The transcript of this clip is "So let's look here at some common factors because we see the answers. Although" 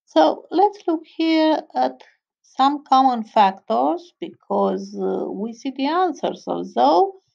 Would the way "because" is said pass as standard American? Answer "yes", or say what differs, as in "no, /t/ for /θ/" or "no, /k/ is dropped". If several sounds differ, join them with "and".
yes